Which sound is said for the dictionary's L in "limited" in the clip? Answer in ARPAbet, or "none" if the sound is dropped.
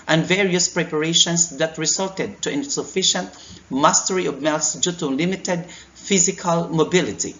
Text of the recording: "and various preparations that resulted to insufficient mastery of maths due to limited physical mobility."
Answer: L